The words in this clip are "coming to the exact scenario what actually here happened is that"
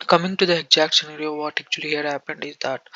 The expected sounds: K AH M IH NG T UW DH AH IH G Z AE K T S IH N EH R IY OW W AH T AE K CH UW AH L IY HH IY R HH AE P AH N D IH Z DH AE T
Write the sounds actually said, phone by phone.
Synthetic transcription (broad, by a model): K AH M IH NG T UW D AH IH G Z AE K T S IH N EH R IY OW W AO T AE K CH UW AH L IY HH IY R HH AE P AH N D IH Z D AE T